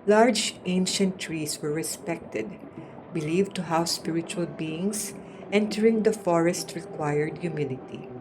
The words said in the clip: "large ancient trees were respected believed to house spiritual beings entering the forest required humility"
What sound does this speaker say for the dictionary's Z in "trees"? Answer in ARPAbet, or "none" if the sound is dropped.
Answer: S